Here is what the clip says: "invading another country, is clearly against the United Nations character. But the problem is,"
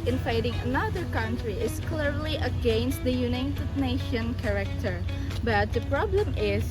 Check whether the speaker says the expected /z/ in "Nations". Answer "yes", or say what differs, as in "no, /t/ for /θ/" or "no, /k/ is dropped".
no, /z/ is dropped